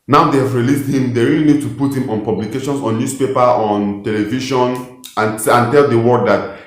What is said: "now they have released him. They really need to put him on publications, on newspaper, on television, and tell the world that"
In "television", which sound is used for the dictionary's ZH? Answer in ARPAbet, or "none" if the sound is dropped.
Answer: SH